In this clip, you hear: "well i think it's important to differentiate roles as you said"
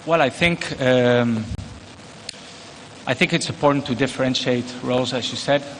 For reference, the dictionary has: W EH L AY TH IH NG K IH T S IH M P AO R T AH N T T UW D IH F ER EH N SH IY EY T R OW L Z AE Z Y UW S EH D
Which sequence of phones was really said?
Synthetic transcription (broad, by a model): W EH L AY TH IH NG K IH T S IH M P AO R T N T T UW D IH F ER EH N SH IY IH T R OW L Z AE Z Y UW S EH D